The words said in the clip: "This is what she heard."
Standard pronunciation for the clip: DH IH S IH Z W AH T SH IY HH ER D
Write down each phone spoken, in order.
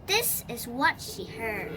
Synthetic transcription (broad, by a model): DH IH S IH Z W AH T SH IY HH ER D